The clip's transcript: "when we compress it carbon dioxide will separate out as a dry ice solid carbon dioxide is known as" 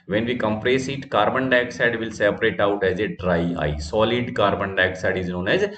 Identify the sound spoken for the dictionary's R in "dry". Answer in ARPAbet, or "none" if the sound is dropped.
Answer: R